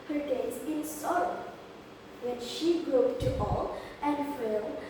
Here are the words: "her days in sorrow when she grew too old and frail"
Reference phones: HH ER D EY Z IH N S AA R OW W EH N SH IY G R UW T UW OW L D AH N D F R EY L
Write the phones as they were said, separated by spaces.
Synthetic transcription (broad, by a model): HH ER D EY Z IH N S AA R OW W EH N SH IY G R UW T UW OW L AH N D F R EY